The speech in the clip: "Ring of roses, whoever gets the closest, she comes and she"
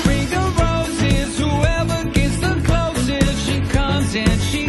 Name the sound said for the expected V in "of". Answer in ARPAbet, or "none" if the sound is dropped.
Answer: B